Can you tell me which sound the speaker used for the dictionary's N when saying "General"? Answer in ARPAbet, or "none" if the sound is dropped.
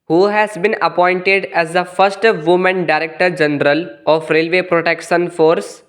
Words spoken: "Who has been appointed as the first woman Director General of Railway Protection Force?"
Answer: N